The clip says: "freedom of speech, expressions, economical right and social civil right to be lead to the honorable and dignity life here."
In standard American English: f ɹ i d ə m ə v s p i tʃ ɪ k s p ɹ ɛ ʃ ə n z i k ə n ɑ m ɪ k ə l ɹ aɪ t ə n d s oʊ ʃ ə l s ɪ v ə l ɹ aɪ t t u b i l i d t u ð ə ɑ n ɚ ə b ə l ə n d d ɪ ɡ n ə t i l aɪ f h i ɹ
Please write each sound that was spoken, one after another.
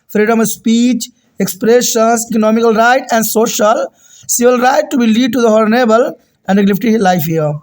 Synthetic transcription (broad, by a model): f ɹ i d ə m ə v s p i tʃ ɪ k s p ɹ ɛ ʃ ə n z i k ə n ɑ m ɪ k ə l ɹ aɪ t ə n d s oʊ ʃ ə l s ɪ v ə l ɹ aɪ t t u b i l i d t u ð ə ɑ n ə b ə l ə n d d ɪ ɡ l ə t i l aɪ f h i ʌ